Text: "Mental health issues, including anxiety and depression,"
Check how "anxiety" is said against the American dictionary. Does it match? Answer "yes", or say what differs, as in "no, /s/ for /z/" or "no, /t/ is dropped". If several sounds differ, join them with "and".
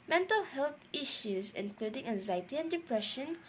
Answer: yes